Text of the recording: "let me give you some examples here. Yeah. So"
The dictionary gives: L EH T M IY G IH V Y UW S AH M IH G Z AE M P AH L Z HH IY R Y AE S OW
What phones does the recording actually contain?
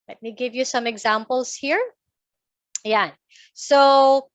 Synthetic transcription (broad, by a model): L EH T M IY G IH V Y UW S AH M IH G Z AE M P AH L S HH IY R Y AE S OW